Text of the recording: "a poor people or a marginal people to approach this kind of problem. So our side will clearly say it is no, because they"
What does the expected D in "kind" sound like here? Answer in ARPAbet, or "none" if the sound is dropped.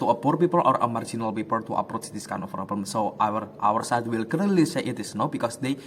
none